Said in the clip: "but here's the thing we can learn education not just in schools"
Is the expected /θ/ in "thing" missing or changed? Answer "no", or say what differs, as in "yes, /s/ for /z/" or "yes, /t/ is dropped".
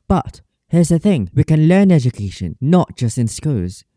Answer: no